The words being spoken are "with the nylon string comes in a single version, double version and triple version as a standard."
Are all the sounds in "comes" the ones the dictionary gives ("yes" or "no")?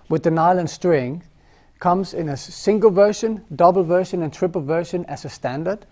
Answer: yes